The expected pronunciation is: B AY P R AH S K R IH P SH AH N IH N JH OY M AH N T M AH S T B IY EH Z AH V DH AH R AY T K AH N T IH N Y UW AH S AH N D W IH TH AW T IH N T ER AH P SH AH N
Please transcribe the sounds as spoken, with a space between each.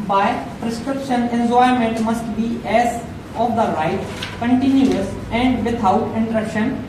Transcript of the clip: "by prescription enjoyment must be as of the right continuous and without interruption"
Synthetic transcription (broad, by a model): B AY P R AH S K R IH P SH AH N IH N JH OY M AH N T M AH S T B IY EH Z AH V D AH R AY T K AH N T IH N Y UW AH S AH N D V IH T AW T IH N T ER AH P SH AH N